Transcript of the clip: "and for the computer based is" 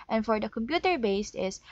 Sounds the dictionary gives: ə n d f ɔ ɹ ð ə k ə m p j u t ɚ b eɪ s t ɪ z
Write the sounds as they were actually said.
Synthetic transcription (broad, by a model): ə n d f ɔ ɹ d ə k ə m p j u t ɚ b eɪ s t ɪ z